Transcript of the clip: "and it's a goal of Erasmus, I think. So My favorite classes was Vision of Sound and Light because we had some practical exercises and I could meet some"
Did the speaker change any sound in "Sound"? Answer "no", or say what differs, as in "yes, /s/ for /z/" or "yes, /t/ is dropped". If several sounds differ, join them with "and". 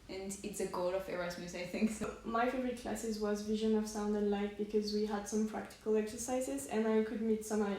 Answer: no